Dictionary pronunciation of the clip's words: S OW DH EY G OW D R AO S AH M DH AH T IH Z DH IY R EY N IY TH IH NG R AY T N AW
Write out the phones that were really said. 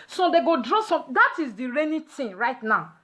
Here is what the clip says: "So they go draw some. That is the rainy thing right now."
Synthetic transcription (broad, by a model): S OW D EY G OW D R AO S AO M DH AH T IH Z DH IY R EY N IY T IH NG R AY T N AW